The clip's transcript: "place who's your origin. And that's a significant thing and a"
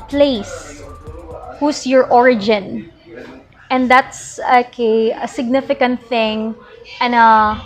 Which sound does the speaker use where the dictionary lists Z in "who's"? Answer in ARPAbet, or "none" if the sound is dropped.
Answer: S